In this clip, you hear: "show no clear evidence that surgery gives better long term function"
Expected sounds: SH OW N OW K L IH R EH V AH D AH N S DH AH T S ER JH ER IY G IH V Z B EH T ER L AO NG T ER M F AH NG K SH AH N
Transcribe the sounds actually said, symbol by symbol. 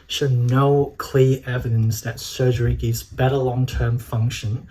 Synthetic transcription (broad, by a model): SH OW N OW K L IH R EH V AH D AH N S DH AH T S ER JH ER IY G IH V Z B EH T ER L AO NG T ER M F AH NG K SH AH N